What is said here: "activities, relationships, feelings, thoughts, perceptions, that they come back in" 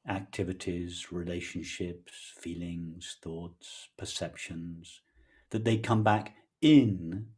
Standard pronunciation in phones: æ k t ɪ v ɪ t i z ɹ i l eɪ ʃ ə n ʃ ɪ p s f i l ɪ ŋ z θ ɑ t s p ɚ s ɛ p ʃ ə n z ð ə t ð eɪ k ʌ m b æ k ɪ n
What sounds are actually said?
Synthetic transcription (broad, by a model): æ k t ɪ v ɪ t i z ɹ i l eɪ ʃ ə n ʃ ɪ p s f i l ɪ ŋ z θ ɑ t s p ɚ s ɛ p ʃ ə n z ð ə t ð eɪ k ʌ m b æ k ɪ n